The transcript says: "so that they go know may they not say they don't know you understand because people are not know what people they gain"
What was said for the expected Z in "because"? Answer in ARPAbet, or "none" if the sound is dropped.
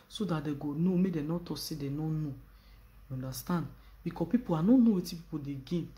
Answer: none